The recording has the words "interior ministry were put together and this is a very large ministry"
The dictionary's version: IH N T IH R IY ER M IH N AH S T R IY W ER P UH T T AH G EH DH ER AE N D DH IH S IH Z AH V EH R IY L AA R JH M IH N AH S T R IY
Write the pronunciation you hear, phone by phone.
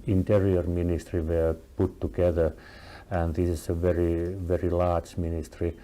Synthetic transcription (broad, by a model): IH N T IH R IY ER M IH N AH S T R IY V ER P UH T T AH G EH DH ER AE N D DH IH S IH S AH V EH R IY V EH R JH M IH N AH S T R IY